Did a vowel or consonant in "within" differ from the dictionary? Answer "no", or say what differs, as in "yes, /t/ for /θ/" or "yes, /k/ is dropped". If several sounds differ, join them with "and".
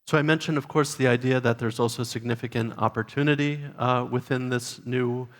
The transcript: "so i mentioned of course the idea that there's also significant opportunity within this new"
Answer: no